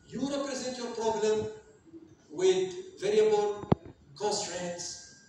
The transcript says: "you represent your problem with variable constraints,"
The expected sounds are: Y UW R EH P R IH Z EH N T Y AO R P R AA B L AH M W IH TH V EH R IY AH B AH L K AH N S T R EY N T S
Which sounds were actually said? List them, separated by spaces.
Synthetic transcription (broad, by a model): Y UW R EH P R IH Z EH N T Y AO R P R AA B L AH M W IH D V EH R IY AH B AH L K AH N S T R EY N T S